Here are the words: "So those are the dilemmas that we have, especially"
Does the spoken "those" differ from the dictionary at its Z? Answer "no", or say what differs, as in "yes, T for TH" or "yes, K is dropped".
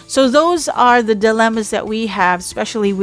no